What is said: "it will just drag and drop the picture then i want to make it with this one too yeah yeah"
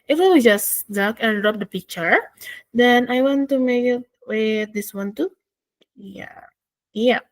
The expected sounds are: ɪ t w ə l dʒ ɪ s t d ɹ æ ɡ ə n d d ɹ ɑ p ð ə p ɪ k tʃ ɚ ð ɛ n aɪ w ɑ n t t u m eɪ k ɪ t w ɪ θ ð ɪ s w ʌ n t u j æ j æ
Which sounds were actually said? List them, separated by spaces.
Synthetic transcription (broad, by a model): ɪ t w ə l dʒ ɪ s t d ɑ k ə n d d ɹ ɑ p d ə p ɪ k tʃ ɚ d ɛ n aɪ w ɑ n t t u m eɪ k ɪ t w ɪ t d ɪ s w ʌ n t u j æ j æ